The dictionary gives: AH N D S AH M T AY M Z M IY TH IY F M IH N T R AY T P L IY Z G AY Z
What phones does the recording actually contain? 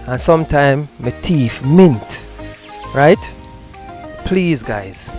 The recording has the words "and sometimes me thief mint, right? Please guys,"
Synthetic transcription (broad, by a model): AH N S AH M T AY M M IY T IY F M IH N T R AY T P L IY Z G AY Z